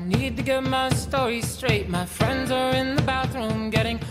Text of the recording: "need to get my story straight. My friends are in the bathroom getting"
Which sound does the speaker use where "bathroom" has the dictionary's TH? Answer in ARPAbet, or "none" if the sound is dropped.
TH